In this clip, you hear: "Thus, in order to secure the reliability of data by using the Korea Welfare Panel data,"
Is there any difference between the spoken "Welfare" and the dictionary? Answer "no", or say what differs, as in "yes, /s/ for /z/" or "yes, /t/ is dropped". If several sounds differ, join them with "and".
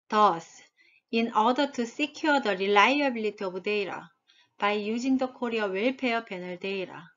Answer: yes, /p/ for /f/